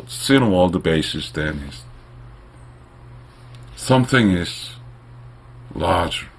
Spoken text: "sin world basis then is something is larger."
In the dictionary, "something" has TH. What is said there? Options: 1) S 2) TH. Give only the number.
2